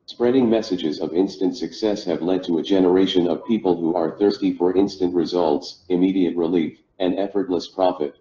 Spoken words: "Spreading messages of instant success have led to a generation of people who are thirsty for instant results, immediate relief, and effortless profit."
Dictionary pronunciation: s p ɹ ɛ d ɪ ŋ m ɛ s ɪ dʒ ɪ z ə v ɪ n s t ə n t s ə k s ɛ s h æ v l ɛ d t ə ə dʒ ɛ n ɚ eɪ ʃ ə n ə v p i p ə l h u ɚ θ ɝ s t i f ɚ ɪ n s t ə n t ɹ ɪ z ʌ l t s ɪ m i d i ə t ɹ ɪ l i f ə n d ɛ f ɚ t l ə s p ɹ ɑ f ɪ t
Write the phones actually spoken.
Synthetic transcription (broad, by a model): s p ɹ ɛ d ɪ ŋ m ɛ s ɪ dʒ ɪ z ə v ɪ n s t ə n t s ə k s ɛ s h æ v l ɛ d t ə ə dʒ ɛ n ɚ eɪ ʃ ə n ə v p i p ə l h u ɚ θ ɝ s t i f ɚ ɪ n s t ə n t ɹ ɪ z ʌ l t s ɪ m i d i ə t ɹ ɪ l i f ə n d ɛ f ɚ t l ə s p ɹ ɑ f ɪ t